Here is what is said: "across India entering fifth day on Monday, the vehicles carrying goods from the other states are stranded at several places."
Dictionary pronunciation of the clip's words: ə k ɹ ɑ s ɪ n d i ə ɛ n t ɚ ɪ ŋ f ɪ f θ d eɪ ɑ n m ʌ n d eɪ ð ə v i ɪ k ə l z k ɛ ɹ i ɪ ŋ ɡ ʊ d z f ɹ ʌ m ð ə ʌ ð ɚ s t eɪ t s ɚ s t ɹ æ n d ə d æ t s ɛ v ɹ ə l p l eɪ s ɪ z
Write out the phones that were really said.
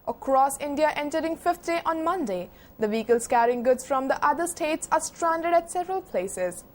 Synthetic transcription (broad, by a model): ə k ɹ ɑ s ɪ n d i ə ɛ n t ɚ ɪ ŋ f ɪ f t d eɪ ɑ n m ʌ n d eɪ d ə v i k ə l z k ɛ ɹ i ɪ ŋ ɡ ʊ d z f ɹ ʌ m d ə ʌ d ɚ s t eɪ t s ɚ s t ɹ æ n d ə d æ t s ɛ v ɹ ə l p l eɪ s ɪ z